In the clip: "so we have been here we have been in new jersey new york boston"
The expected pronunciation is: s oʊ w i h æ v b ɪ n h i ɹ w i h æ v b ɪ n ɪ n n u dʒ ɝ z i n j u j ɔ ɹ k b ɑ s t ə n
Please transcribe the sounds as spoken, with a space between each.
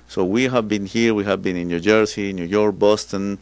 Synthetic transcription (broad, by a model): s oʊ w i h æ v b ɪ n h i ɹ w i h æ v b ɪ n ɪ n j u dʒ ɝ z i n j u j ɔ ɹ k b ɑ s t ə n